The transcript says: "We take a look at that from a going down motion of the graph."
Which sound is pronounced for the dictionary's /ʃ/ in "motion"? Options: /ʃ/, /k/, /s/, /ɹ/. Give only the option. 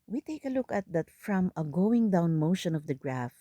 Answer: /ʃ/